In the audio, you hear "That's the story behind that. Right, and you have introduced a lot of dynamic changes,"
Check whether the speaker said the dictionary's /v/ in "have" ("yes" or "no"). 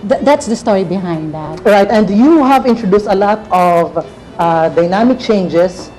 yes